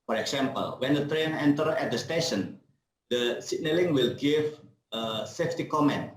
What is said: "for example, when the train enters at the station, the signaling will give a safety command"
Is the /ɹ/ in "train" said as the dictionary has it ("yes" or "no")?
yes